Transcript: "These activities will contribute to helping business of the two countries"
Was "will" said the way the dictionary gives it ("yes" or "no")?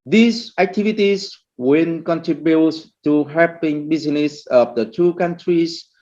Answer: no